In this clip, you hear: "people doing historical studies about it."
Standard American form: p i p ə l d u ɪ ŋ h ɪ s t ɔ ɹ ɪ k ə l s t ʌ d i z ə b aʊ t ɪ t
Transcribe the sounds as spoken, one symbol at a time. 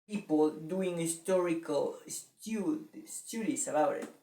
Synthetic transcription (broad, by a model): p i p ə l d u ɪ ŋ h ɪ s t ɔ ɹ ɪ k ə l s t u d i s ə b aʊ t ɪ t